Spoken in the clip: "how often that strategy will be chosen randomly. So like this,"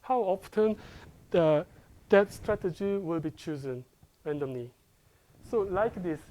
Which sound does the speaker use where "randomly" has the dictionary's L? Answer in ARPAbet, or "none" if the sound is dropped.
N